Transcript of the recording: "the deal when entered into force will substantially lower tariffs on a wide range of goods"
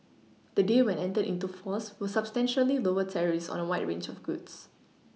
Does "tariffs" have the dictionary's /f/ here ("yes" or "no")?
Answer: no